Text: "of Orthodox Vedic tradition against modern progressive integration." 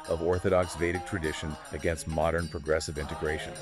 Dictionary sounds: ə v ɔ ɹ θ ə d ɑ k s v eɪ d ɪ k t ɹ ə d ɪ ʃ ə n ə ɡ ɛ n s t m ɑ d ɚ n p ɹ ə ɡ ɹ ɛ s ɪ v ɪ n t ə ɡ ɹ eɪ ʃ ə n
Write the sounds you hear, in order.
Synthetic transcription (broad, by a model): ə v ɔ ɹ θ ə d ɑ k s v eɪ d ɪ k t ɹ ə d ɪ ʃ ə n ə ɡ ɛ n s t m ɑ d ɚ n p ɹ ə ɡ ɹ ɛ s ɪ v ɪ n t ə ɡ ɹ eɪ ʃ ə n